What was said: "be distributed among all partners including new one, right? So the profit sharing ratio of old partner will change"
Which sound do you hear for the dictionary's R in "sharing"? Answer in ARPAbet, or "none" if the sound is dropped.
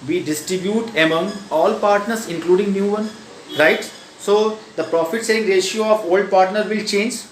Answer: none